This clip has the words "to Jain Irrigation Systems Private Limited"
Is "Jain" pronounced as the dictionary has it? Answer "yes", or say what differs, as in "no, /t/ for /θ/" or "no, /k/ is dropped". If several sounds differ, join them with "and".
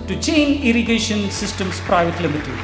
no, /tʃ/ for /dʒ/